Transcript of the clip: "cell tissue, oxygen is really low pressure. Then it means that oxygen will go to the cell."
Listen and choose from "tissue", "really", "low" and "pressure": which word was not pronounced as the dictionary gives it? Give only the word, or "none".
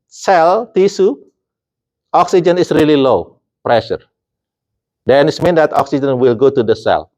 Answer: tissue